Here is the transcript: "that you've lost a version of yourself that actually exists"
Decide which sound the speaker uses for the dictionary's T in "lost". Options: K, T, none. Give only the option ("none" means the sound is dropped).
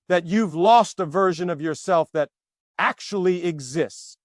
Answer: T